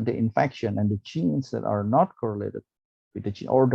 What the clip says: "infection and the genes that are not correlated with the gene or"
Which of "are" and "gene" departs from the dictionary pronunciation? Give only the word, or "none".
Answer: gene